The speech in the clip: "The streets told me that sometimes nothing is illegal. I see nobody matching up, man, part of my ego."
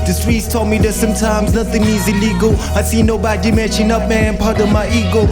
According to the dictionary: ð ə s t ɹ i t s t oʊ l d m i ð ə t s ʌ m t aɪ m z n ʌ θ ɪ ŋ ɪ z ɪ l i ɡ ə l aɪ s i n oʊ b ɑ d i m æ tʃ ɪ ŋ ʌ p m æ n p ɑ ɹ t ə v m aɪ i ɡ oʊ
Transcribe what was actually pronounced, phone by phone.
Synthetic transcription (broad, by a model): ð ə s t ɹ i t s t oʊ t m i ð ə t s ʌ m t aɪ m z n ʌ θ ɪ ŋ ɪ z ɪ l i ɡ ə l aɪ s i n oʊ b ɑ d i m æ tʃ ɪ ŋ ʌ p m æ n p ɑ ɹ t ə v m aɪ i ɡ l